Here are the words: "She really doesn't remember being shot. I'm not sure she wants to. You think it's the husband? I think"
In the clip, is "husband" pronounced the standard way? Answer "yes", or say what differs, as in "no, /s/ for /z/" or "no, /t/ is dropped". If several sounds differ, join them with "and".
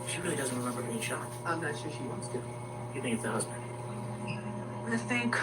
yes